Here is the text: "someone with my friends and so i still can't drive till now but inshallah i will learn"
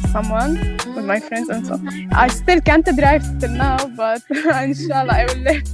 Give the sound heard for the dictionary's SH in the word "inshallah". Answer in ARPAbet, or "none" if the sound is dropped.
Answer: SH